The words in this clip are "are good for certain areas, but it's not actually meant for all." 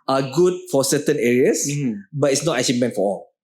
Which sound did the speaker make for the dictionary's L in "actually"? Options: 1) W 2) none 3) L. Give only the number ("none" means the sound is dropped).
2